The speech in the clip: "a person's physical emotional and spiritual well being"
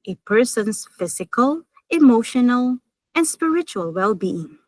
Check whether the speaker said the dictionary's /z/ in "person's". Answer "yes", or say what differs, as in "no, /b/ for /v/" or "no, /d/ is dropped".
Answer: no, /s/ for /z/